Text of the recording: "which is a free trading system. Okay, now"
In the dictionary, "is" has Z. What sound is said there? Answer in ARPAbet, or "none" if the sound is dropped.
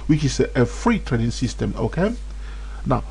S